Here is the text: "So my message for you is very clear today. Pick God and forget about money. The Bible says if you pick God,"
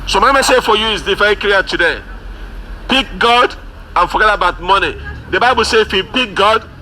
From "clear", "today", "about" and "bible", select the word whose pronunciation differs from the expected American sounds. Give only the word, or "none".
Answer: clear